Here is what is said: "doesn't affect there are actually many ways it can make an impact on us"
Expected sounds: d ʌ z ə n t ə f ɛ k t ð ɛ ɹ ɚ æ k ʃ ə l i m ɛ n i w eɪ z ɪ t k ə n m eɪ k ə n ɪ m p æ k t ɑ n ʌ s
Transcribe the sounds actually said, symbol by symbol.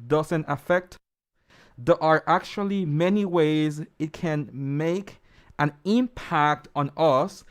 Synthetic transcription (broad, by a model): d ʌ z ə n t ə f ɛ k t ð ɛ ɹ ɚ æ k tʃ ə l i m ɛ n i w eɪ z ɪ t k ə n m eɪ k ə n ɪ m p æ k t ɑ n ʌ s